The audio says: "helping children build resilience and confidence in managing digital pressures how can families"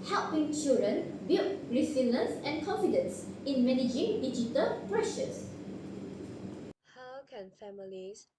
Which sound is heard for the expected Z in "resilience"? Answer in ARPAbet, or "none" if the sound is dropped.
S